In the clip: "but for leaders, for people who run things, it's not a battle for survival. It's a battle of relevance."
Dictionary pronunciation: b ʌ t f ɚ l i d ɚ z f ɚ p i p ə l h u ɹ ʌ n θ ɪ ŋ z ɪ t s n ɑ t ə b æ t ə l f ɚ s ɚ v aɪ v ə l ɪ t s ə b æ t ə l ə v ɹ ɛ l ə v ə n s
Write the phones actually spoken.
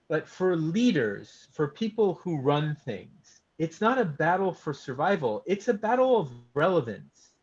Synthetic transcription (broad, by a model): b ʌ t f ɚ l i d ɚ z f ɚ p i p l h u ɹ ʌ n θ ɪ ŋ z ɪ t s n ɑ t ə b æ t l f ɚ s ɚ v aɪ v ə l ɪ t s ə b æ t l ə v ɹ ɛ l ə v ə n s